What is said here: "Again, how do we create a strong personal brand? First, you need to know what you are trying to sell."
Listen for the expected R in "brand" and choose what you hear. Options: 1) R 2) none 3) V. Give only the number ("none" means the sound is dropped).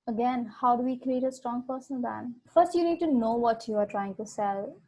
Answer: 2